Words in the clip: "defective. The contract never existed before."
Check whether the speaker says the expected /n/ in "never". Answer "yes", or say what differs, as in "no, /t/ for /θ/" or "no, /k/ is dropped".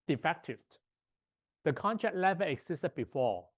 no, /l/ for /n/